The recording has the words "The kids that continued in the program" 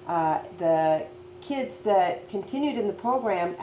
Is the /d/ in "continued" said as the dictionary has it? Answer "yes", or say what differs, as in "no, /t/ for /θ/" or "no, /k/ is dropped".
yes